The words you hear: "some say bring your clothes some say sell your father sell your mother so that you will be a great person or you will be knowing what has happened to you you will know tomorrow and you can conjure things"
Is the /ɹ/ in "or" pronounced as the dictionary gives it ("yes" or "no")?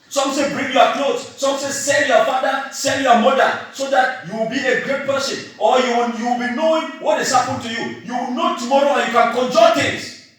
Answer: no